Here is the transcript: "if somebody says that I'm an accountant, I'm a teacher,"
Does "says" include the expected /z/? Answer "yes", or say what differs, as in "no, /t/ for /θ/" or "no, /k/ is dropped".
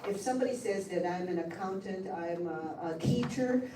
yes